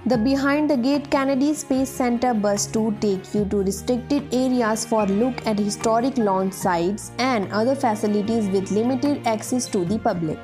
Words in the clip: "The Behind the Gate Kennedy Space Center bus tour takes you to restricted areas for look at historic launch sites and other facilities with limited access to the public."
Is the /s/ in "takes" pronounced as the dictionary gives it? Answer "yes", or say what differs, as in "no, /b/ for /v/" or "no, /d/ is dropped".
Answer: no, /s/ is dropped